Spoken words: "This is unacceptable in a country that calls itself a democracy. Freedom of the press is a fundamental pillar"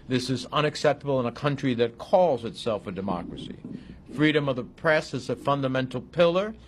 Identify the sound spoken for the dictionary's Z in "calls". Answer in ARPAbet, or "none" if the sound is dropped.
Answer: Z